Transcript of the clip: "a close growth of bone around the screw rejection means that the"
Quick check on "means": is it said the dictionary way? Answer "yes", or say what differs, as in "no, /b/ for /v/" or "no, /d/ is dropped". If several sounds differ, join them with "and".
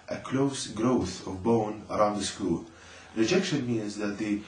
yes